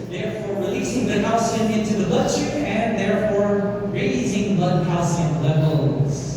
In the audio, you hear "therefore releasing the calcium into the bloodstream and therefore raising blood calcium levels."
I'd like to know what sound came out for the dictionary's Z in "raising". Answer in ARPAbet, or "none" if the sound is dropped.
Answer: Z